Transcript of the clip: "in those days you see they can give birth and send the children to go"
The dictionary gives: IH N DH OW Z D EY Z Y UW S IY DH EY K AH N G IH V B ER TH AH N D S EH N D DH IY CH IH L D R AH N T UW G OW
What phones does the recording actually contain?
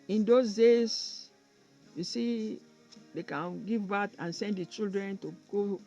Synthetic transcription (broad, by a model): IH N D OW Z D EY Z Y UW S IY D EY K AH N G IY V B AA T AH N S EH N D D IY CH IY L D R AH N T UW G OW